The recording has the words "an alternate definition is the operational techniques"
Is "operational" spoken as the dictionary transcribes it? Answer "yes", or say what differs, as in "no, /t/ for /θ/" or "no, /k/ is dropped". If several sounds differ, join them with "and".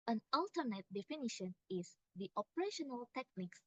yes